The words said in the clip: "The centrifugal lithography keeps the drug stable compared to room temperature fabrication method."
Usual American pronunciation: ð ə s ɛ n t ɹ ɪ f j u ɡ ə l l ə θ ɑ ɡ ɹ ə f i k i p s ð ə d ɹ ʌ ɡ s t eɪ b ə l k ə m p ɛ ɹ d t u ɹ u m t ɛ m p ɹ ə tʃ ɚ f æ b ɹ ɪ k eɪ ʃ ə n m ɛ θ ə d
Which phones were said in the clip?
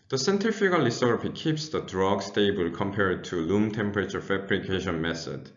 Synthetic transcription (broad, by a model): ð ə s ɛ n t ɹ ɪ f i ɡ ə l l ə s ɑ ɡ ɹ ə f i k i p s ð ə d ɹ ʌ ɡ s t eɪ b ə l k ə m p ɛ ɹ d t u l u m t ɛ m p ɹ ə tʃ ɚ f æ b ɹ ɪ k eɪ ʃ ə n m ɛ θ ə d